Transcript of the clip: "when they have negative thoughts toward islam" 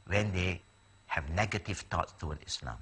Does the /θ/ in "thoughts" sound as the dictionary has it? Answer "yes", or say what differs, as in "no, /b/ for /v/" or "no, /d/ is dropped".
no, /t/ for /θ/